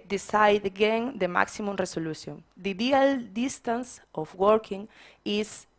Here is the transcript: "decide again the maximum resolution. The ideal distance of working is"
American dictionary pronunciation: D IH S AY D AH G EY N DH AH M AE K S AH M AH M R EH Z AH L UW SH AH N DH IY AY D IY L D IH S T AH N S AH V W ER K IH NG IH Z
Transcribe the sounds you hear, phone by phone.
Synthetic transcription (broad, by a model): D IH S AY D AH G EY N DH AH M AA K S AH M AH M R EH S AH L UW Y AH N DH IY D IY L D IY S T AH N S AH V W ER K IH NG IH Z